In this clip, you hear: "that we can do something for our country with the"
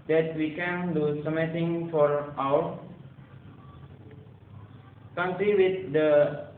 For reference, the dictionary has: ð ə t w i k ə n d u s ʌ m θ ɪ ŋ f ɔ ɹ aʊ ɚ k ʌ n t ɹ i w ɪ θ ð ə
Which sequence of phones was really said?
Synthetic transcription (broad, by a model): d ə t w i k ə n d u s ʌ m t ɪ ŋ f ɔ ɹ aʊ ɚ k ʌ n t ɹ i w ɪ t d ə